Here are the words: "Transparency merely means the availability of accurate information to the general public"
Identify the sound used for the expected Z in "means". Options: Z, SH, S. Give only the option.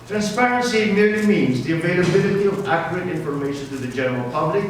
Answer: Z